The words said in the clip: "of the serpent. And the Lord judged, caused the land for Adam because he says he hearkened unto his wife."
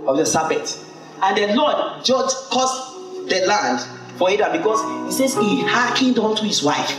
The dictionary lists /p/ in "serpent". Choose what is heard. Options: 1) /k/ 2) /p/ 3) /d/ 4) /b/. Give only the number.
4